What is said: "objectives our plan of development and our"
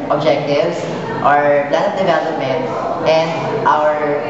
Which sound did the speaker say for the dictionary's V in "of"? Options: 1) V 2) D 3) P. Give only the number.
3